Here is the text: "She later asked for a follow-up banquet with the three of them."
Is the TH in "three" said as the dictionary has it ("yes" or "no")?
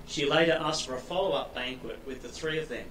yes